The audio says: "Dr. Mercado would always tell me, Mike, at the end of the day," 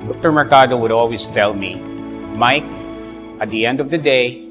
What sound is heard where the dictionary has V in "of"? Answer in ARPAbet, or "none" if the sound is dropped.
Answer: V